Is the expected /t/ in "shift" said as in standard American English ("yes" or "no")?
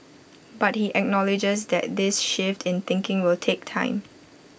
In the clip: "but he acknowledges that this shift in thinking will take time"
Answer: yes